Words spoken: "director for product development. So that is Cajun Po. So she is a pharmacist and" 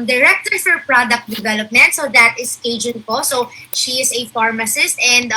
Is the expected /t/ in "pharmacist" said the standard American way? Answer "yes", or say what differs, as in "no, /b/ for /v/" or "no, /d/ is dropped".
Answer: yes